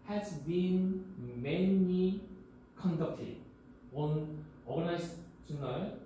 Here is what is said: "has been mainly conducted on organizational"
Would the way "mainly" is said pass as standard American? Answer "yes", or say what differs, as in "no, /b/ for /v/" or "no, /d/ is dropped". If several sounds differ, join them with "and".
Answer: no, /l/ is dropped